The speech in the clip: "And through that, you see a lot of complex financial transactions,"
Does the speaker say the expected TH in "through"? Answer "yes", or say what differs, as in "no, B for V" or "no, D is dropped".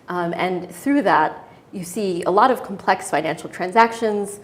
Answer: yes